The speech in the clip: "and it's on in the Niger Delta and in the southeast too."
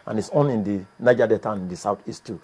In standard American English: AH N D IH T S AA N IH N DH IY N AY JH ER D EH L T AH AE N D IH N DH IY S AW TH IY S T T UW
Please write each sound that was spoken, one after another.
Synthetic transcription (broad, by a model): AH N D IH T S AA N IH N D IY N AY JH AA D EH T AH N IH N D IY S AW T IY S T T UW